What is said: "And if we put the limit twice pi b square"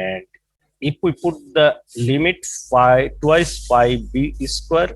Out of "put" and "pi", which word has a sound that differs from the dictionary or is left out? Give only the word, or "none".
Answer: pi